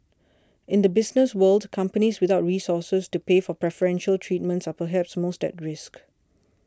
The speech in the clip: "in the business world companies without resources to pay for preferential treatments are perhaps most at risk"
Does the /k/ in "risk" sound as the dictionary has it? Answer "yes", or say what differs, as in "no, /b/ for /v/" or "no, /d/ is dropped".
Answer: yes